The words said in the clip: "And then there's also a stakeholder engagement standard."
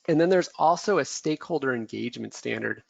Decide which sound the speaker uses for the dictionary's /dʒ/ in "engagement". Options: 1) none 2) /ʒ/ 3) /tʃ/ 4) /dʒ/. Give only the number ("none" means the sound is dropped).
4